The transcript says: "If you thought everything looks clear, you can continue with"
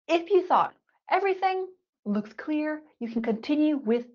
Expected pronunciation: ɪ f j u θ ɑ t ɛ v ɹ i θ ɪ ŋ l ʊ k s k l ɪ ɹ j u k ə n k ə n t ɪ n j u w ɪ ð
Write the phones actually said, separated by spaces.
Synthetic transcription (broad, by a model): ɪ f j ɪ θ ɑ t ɛ v ɹ i θ ɪ ŋ l ʊ k s k l ɪ ɹ j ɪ k n k ə n t ɪ n j u w ɪ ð